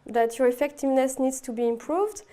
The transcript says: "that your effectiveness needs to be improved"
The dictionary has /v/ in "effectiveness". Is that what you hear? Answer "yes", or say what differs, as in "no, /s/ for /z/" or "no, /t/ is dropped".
yes